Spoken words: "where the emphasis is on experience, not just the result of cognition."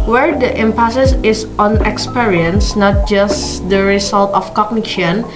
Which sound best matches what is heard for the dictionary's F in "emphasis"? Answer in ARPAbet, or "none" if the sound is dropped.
P